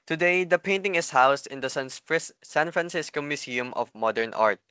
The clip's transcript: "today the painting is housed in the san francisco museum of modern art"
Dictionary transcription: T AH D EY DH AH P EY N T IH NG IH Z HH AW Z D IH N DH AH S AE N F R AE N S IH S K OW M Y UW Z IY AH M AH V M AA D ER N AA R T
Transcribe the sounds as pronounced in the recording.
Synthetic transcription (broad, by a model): T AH D EY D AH P EY N T IH NG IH S HH AW S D IH N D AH S AE N F R AE N S IH S K OW M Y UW S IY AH M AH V M AA D ER N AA R T